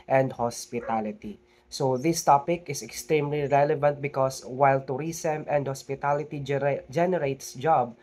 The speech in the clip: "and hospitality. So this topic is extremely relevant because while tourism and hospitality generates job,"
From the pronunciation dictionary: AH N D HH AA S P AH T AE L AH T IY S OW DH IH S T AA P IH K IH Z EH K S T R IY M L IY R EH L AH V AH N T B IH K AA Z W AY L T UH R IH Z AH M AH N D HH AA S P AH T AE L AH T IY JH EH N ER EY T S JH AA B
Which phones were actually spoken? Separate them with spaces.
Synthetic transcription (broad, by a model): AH N D HH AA S P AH T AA L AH T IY S OW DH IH S T AA P IH K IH S EH K S T R IY M L IY R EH L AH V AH N T B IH K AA S W AY L T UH R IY S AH M AH N D HH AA S P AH T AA L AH T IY JH EH N ER EY T S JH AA B